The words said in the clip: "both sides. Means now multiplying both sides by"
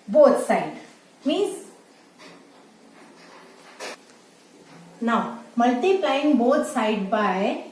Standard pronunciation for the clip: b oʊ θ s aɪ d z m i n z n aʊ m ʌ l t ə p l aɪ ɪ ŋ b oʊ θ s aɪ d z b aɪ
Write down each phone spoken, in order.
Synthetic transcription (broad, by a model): b oʊ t s aɪ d m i z n aʊ m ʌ l t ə p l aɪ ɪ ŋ b oʊ t s aɪ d b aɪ